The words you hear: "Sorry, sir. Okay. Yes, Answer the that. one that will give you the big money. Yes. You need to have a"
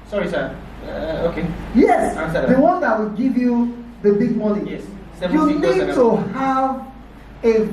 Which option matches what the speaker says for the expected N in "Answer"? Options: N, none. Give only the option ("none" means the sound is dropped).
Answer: none